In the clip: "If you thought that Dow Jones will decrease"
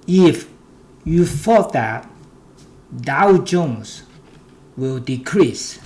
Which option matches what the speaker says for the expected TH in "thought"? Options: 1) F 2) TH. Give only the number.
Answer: 1